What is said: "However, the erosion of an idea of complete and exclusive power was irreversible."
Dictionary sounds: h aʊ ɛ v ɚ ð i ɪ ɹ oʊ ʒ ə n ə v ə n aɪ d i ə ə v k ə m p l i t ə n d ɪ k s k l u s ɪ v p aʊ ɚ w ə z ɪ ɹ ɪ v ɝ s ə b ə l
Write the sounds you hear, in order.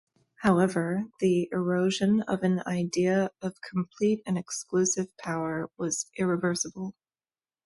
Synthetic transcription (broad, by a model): h aʊ ɛ v ɚ ð i ɪ ɹ oʊ ʒ ə n ə v ə n aɪ d i ə ə v k m p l i t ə n ɪ k s k l u s ɪ v p aʊ ɚ w ə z ɪ ɹ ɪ v ɝ s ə b l